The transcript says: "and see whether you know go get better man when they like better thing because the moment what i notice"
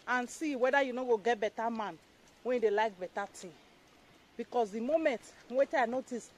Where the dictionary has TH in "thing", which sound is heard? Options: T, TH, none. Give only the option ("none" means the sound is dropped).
T